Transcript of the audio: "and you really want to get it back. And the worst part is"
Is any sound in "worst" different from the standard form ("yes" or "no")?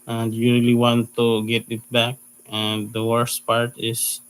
no